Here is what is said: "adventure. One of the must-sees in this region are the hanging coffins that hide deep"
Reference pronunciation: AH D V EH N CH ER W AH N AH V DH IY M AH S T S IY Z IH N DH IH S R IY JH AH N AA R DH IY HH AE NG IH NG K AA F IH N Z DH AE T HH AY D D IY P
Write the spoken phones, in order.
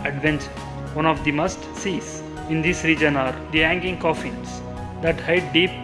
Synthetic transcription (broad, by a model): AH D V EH N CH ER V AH N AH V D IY M AH S T S IY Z IH N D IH S R IY JH AH N AA R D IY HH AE NG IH NG K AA F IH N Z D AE T HH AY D D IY P